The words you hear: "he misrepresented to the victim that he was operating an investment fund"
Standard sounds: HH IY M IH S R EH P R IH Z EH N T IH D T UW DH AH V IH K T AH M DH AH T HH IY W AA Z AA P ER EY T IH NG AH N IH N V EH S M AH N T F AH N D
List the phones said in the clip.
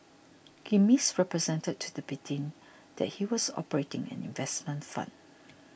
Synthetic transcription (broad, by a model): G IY M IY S R EH P R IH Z EH N T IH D T UW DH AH B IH T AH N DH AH T HH IY W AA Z AA P ER EY T IH NG AH N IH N V EH S M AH N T F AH N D